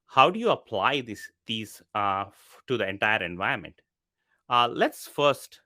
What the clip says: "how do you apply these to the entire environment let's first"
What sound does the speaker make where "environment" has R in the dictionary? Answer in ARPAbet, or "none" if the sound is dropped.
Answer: none